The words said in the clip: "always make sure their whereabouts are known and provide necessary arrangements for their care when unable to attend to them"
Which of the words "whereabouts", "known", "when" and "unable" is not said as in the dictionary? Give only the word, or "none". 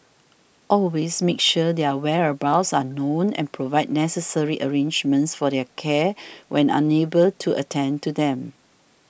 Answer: none